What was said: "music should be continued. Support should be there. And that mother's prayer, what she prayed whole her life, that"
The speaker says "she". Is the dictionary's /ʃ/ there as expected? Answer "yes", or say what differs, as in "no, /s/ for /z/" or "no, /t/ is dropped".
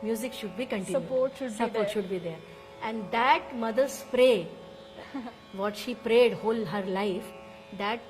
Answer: yes